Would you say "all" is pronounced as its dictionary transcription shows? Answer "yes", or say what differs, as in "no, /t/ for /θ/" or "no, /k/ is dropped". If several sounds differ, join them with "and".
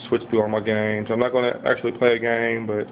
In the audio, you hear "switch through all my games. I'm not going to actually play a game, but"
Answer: no, /n/ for /l/